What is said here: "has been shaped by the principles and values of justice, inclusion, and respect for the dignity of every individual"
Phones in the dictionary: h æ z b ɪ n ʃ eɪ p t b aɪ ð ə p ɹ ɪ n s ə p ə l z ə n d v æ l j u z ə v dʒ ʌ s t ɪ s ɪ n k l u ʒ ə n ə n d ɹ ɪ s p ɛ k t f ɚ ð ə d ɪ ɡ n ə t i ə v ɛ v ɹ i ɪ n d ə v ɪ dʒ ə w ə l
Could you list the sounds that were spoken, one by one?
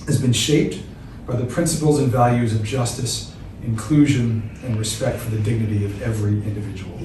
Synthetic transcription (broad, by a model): h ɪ z b ɪ n ʃ eɪ p t b aɪ ð ə p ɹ ɪ n s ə p l z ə n v æ l j u z ə v dʒ ʌ s t ɪ s ɪ n k l u ʒ ə n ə n ɹ ɪ s p ɛ k t f ɚ ð ə d ɪ ɡ n ə t i ə v ɛ v ɹ i ɪ n d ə v ɪ dʒ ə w l